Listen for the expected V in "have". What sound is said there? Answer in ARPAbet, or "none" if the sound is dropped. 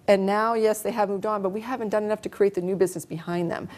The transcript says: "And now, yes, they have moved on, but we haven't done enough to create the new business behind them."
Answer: V